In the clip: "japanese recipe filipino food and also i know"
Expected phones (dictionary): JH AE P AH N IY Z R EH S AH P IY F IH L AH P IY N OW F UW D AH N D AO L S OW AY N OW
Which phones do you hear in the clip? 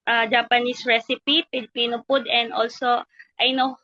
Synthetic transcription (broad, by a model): JH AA P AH N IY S R EH S AH P IY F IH L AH P IY N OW P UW D AH N D AO L S OW AY N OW